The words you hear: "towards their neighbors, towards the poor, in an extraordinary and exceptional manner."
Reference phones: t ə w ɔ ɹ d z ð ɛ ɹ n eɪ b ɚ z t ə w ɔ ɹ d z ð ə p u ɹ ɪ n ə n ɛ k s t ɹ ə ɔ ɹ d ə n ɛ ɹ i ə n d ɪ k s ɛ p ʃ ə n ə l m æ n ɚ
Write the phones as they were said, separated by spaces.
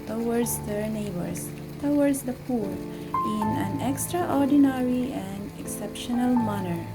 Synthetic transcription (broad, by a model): t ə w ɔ ɹ d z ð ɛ ɹ n eɪ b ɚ s t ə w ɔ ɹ d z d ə p u ɹ ɪ n ə n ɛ k s t ɹ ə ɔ ɹ d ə n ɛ ɹ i ə n d ɪ k s ɛ p ʃ ə n ə l m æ n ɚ